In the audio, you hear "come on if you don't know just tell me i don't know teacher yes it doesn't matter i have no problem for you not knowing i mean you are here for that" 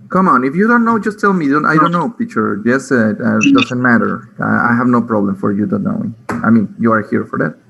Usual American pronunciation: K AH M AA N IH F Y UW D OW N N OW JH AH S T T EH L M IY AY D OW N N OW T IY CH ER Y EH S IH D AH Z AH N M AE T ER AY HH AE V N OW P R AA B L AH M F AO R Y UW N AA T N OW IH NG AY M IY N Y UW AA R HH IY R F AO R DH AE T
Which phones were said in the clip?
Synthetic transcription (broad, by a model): K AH M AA N IH F Y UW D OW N N OW JH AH S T T EH L M IY AY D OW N N OW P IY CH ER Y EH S IH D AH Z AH N M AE T ER AY HH AE V N OW P R AA B L AH M F AO R Y UW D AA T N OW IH AY M IY N Y UW AA R HH IY R F AO R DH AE T